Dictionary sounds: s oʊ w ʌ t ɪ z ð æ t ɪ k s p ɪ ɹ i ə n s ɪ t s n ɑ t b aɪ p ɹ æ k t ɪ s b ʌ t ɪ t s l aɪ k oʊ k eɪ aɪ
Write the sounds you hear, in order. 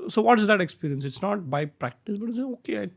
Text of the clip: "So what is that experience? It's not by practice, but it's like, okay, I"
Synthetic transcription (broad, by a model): s oʊ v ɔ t ɪ z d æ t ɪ k s p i ɹ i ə n s ɪ t s n ɑ t b aɪ p ɹ æ k t ɪ s b ʌ t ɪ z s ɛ oʊ k eɪ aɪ